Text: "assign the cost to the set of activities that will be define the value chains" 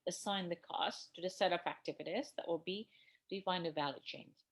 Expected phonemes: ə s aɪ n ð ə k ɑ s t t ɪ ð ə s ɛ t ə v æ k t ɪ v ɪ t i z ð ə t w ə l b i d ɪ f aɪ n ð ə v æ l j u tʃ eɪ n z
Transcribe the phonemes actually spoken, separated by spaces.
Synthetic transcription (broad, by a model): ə s aɪ n ð ə k ɑ s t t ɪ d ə s ɛ t ə p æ k t ɪ v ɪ t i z ð ə t w ə l b i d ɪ f aɪ n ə v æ l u tʃ eɪ n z